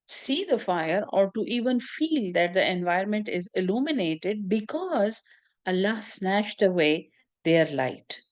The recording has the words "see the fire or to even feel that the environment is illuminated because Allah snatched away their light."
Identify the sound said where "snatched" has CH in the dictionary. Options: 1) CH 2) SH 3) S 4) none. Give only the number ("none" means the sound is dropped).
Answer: 2